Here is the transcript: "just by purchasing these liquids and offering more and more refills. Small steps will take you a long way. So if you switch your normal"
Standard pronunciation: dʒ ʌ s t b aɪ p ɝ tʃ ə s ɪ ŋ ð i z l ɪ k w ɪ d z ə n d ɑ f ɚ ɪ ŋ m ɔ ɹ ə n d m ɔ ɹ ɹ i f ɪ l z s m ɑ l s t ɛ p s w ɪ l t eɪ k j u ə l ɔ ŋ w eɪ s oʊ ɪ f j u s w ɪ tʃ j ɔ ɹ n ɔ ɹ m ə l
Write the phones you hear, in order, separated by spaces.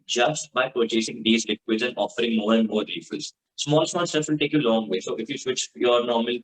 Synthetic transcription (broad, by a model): dʒ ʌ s t b aɪ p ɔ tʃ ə s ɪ ŋ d i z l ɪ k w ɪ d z ə n d ɑ f ɚ ɪ ŋ m ɔ ɹ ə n d m ɔ ɹ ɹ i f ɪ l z s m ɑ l s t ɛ s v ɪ l t eɪ k j u l ɔ ŋ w eɪ s oʊ ɪ f j u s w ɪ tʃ j ɔ ɹ n ɔ ɹ m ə l